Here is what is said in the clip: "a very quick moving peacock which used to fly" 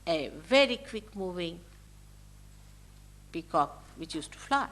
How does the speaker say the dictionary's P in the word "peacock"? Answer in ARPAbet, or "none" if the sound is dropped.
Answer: B